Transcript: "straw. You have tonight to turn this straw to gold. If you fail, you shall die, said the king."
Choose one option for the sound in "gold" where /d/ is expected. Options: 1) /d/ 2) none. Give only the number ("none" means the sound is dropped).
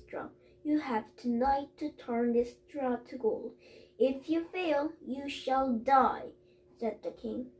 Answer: 2